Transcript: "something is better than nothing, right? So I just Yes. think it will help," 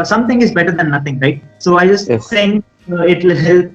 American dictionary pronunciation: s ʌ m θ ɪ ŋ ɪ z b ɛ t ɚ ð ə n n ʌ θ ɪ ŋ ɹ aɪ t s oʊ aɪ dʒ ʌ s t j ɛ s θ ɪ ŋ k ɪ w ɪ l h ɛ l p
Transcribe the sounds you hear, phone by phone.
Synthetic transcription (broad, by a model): s ʌ m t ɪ ŋ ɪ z b ɛ t ɚ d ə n n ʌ t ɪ ŋ ɹ aɪ t s oʊ aɪ dʒ ʌ s t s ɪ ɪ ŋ ɪ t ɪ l h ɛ l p